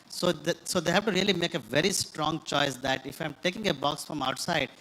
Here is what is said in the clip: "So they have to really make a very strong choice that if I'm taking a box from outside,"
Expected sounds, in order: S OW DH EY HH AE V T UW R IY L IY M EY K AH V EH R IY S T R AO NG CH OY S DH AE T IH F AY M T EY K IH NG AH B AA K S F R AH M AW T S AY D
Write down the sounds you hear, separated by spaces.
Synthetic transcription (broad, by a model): S OW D EY HH AE V T UW R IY L IY M EY K AH V EH R IY S T R AO NG CH OY S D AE T IH F AY M T EY K IH NG AH B AA K S F R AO M AW T S AY D